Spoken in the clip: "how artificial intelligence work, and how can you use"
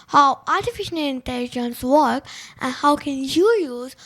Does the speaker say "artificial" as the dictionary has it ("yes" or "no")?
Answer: no